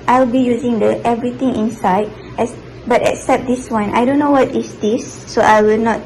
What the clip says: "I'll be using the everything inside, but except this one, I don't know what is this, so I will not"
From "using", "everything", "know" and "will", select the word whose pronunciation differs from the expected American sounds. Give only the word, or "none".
everything